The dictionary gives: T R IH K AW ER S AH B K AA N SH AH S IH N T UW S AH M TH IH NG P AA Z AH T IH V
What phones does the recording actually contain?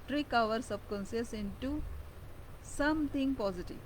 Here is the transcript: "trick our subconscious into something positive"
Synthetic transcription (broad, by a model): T R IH K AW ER S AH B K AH N S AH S IH N T UW S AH M T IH NG P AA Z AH T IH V